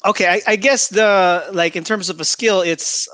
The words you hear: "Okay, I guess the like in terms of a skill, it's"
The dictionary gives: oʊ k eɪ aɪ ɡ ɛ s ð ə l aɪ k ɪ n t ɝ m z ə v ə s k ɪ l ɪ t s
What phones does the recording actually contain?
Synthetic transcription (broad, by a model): oʊ k eɪ aɪ ɡ ɛ s ð ə l aɪ k ɪ n t ɝ m z ə v ə s k ɪ l ɪ t s